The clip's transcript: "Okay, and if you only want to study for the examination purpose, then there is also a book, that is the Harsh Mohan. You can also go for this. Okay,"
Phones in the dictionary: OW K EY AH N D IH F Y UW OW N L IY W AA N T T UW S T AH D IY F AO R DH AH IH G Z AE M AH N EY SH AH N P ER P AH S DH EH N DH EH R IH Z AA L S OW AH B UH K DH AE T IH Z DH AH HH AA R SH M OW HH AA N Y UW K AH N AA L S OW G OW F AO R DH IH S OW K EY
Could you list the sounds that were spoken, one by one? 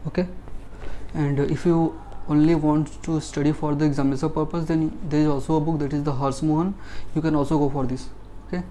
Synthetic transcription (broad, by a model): OW K EY AH N D IH F Y UW OW N L IY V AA N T T UW S T AH D IY F AO R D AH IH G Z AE M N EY S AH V P ER P AH S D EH N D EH R IH Z AA L S OW AH B UH K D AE T IH Z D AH HH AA R S M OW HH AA N Y UW K AH N AA L S OW G OW F AO R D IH S OW K EY